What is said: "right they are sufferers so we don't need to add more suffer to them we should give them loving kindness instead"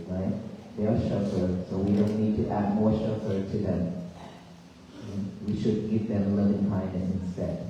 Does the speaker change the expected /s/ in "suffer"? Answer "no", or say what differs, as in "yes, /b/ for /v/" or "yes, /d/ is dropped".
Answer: yes, /ʃ/ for /s/